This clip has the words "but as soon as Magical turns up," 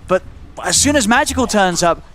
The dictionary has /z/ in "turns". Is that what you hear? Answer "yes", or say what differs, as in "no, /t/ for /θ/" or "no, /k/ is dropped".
yes